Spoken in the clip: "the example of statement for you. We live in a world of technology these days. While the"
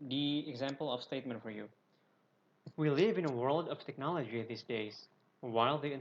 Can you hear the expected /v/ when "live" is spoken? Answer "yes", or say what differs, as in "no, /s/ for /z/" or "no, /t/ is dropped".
yes